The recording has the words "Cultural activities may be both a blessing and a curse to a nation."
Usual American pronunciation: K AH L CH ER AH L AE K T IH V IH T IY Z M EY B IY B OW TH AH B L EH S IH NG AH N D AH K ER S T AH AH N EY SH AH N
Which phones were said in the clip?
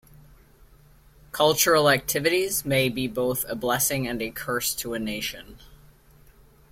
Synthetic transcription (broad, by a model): K AH L CH ER L AE K T IH V IH T IY Z M EY B IY B OW TH AH B L EH S IH NG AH N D AH K ER S T AH AH N EY SH AH N